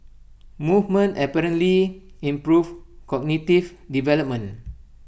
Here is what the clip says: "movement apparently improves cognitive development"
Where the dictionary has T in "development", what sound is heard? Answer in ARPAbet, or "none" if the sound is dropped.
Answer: none